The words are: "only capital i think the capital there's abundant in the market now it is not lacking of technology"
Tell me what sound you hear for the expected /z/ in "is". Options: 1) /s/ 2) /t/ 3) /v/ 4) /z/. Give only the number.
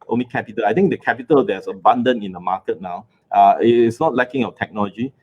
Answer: 1